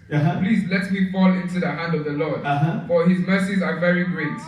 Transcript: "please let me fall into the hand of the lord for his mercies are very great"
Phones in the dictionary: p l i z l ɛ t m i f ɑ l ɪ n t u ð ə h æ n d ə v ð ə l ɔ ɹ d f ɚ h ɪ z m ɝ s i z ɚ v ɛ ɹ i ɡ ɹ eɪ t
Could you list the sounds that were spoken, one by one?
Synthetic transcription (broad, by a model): p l i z l ɛ t m i f ɑ l ɪ n t u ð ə h æ n d ə v ð ə l ɔ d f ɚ h ɪ z m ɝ s i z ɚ v ɛ ɹ i ɡ ɹ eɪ t